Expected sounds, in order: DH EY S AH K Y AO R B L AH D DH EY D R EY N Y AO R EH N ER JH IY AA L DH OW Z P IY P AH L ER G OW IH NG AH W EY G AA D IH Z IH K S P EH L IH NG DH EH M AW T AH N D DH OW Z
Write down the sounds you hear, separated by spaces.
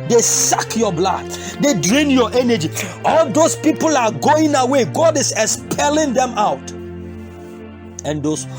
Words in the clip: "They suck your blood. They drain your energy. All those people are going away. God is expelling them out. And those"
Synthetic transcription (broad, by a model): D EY S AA K Y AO B L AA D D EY D R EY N Y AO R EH N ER JH IY AA L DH OW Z P IY P AH L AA G OW IH NG AH W EY G AA D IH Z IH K S P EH L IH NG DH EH M AW T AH N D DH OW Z